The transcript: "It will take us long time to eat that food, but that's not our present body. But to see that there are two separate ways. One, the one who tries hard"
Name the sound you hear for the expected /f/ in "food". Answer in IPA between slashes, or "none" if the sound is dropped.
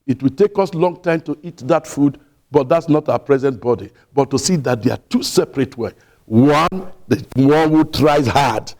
/f/